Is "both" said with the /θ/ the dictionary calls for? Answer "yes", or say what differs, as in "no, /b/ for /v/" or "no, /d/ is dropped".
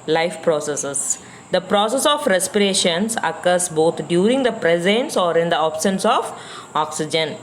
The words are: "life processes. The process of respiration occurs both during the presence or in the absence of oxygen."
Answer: no, /t/ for /θ/